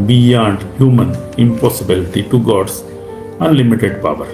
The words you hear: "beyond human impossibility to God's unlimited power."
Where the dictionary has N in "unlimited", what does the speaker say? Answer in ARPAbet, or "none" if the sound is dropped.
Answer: N